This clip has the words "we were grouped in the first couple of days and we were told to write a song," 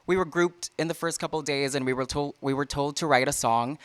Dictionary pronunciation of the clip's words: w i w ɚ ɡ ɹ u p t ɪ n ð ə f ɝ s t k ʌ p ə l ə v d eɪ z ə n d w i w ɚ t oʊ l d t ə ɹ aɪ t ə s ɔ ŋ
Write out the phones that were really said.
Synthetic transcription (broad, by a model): w i w ɚ ɡ ɹ u p t ɪ n ð ə f ɝ s t k ʌ p l d eɪ z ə n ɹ w i w ɚ t oʊ l d t ə ɹ aɪ t ə s ɔ ŋ